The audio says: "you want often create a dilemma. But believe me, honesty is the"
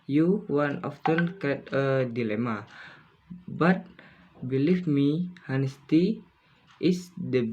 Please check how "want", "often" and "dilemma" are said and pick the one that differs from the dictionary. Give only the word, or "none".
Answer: want